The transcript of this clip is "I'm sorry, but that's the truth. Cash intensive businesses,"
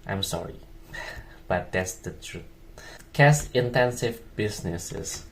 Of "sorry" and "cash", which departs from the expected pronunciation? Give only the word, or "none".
cash